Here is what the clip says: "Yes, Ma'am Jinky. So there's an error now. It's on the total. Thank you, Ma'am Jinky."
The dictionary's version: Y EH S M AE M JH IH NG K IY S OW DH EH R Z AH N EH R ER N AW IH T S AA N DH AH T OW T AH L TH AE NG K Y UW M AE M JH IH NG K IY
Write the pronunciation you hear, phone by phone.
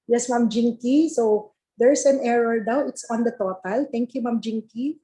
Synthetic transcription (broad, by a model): Y EH S M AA M JH IH NG K IY S OW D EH R S AH N EH R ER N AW IH T S AA N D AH T OW T AH L T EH NG K Y UW M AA M JH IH NG K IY